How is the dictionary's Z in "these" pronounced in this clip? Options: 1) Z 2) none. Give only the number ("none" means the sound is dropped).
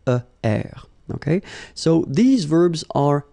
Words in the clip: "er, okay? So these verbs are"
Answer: 1